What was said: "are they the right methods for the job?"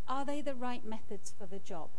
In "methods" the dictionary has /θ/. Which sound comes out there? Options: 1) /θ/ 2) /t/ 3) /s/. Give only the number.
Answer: 1